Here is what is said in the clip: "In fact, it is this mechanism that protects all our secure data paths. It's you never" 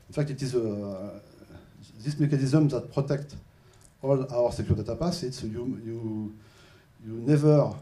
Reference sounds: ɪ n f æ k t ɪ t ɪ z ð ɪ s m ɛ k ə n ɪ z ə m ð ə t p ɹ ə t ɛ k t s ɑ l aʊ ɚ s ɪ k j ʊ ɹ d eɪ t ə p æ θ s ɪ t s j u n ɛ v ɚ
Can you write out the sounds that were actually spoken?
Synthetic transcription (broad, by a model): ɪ n f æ k t ɪ t ɪ z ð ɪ s m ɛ k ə n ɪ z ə m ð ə t p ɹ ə t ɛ k t ɑ l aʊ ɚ s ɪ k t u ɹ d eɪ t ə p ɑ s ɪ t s j u n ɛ v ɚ